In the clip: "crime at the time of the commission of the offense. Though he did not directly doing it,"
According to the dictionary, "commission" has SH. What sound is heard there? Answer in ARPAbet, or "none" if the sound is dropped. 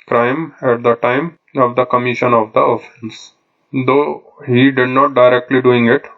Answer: SH